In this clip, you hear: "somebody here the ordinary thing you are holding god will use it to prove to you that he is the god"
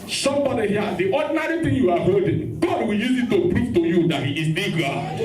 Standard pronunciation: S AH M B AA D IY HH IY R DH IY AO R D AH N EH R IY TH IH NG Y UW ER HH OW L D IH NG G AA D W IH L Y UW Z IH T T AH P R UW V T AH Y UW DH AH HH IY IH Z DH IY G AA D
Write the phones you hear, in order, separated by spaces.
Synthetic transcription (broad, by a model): S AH M B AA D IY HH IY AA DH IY AO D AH N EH R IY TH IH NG Y UW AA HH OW D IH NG G AA D W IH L Y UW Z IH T T AH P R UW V T AH Y UW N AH HH IY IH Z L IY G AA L